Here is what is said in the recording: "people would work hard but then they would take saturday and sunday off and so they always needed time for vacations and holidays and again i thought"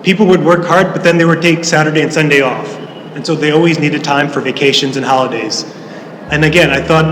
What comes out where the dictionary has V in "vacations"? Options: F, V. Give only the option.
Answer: V